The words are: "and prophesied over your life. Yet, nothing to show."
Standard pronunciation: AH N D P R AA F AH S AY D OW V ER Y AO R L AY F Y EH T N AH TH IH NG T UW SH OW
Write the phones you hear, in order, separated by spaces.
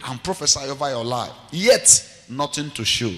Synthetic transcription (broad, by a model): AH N P R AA F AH S AY OW V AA Y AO L AY F Y EH T N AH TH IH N T UW SH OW